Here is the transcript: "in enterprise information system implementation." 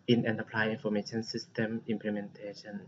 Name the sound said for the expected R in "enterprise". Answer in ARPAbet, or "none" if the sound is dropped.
L